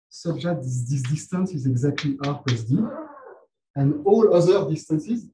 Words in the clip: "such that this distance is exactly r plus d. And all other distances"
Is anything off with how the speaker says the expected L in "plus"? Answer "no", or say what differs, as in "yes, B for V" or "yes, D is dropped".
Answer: yes, L is dropped